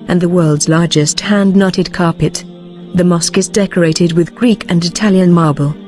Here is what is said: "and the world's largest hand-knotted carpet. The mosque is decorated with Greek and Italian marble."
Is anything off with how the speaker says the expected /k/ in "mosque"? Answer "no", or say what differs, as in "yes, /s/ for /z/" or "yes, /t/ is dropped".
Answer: no